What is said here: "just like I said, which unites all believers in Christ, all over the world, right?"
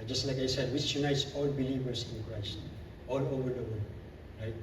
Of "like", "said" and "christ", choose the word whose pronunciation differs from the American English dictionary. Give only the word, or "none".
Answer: none